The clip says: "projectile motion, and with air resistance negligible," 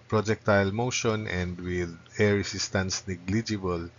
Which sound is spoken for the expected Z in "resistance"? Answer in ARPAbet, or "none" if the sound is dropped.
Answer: S